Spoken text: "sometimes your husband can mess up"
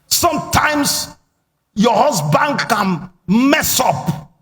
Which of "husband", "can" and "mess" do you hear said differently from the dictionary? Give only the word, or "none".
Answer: husband